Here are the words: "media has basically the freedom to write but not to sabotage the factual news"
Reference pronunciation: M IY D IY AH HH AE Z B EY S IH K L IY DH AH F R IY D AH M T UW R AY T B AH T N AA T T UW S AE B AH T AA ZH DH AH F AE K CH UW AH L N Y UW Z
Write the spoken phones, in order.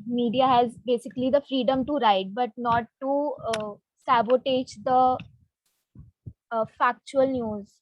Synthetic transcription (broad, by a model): M IY D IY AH HH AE Z B EY S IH K L IY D AH F R IY D AH M T UW R AY T B AH T N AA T T UW S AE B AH T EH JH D AH F AE K CH UW AH L N Y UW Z